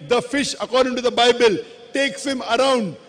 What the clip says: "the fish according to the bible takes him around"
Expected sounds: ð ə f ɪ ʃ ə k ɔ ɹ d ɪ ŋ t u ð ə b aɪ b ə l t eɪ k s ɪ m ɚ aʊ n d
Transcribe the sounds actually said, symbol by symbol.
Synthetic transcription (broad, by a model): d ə f ɪ ʃ ə k ɔ ɹ d ɪ ŋ t u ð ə b aɪ b ə l t eɪ k s ɪ m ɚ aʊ n d